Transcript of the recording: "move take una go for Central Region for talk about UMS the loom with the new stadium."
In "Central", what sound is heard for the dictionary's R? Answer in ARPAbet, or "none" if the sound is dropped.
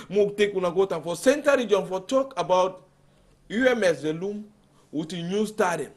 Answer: none